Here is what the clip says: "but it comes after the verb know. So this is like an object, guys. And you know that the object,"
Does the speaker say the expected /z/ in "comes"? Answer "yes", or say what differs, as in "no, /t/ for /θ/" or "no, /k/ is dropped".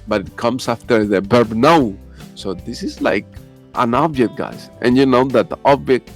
no, /s/ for /z/